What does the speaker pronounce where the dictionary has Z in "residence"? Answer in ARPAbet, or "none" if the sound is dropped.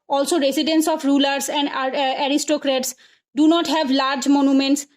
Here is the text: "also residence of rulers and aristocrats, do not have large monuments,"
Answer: S